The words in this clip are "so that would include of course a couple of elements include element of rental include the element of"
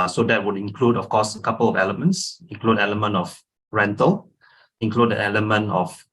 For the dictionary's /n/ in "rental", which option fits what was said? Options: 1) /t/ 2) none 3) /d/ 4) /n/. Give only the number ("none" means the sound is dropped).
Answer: 4